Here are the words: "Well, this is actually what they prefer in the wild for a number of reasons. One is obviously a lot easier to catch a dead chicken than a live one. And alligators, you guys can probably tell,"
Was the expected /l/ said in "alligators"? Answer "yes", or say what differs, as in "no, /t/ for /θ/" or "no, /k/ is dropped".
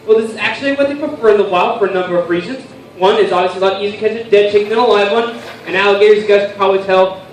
yes